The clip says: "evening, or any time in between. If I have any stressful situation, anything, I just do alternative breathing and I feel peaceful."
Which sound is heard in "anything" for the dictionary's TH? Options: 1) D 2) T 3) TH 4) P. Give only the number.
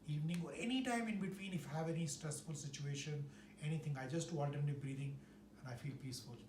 2